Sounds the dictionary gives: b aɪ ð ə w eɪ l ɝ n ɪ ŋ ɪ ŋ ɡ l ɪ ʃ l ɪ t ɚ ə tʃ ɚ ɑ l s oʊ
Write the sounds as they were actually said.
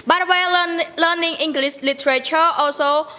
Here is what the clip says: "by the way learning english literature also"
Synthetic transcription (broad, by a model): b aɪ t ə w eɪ l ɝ n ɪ ŋ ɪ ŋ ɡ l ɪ s l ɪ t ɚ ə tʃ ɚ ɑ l s oʊ